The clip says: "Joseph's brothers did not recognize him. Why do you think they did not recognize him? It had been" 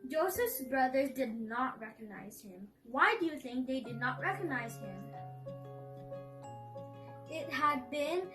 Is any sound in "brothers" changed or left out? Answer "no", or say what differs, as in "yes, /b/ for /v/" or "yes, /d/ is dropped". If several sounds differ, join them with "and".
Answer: no